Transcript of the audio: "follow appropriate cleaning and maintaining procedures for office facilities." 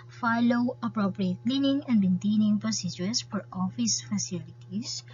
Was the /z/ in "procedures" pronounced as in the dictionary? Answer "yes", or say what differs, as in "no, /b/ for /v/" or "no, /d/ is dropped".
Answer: no, /s/ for /z/